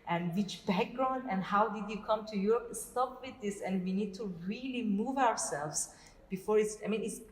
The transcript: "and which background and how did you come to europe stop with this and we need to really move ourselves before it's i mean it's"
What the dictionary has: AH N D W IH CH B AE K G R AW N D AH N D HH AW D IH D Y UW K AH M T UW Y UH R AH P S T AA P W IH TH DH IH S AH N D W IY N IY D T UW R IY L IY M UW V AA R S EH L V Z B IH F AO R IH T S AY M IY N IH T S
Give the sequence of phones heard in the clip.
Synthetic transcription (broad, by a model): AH N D W IH CH B AE K G R AW N D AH N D HH AW D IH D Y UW K AH M T UW Y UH R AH P S T AA P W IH DH IH S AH N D W IY N IY D T UW R IY L IY M UW V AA R S EH L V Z B IH F AO R IH T S AY M IY N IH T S